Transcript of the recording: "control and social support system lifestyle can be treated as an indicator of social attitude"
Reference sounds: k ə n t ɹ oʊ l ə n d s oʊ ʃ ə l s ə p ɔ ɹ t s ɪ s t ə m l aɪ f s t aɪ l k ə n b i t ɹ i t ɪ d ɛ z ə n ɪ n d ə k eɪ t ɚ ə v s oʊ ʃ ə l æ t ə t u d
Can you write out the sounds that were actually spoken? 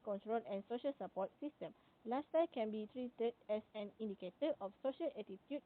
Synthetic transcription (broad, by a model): k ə n t ɹ oʊ l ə n s oʊ ʃ ə l s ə p ɔ t s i s t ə m l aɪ s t aɪ k ə n b i t ɹ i t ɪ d ɛ s ə n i n d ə k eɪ t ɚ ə f s oʊ ʃ ə l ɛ t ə t u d